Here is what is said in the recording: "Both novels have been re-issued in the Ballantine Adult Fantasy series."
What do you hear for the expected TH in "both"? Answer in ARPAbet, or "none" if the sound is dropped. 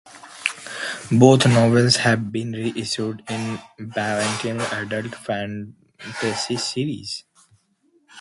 T